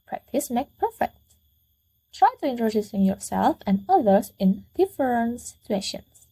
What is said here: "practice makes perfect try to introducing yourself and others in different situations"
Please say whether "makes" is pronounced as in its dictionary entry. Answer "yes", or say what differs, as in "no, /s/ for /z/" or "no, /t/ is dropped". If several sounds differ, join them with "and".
no, /s/ is dropped